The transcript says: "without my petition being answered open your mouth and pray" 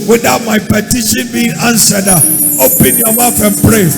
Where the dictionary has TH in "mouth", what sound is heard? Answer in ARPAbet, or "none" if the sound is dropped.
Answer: F